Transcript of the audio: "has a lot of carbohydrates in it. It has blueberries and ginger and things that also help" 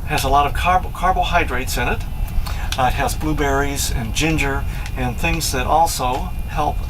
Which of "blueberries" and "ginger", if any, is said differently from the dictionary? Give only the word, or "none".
none